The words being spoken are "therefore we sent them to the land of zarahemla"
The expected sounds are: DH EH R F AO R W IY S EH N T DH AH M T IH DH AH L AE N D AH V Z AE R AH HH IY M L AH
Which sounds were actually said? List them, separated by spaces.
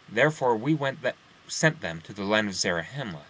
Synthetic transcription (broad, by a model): DH EH R F AO R W IY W EH N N DH AH M T IH DH AH L AE N D AH V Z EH R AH HH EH M L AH